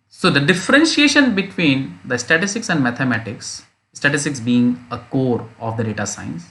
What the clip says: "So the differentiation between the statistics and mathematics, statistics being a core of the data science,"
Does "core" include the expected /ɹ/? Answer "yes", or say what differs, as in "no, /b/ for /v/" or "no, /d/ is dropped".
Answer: yes